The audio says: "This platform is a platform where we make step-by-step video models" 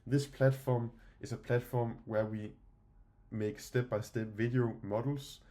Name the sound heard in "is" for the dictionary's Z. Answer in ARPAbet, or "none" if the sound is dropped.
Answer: S